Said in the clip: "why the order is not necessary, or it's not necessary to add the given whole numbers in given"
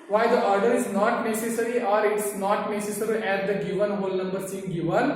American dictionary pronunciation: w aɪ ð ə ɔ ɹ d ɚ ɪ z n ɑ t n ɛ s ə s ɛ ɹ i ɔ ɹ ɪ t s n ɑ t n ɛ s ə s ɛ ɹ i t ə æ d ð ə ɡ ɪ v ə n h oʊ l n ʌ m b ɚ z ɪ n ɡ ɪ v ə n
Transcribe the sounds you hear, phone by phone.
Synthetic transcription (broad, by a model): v aɪ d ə ɔ ɹ d ɚ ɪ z n ɑ t n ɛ s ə s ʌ ɹ i ɔ ɹ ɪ t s n ɑ t n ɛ s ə s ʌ ɹ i t ə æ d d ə ɡ ɪ v ə n h oʊ l n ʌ m b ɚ s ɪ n ɡ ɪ v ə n